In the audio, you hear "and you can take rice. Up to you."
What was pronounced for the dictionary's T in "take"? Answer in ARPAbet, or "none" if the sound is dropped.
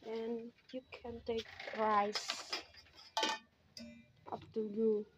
T